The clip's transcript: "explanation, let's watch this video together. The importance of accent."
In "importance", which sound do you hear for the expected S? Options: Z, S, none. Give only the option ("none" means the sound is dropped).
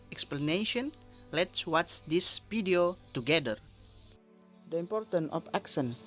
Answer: none